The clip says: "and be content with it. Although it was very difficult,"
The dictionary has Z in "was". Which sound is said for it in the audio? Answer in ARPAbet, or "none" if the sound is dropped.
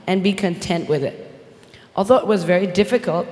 Z